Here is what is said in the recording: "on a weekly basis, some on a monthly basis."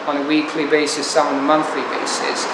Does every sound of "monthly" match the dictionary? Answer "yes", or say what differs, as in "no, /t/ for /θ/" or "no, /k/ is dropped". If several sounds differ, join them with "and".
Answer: yes